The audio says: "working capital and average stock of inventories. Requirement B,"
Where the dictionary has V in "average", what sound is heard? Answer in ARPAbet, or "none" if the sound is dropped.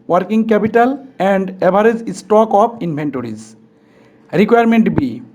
B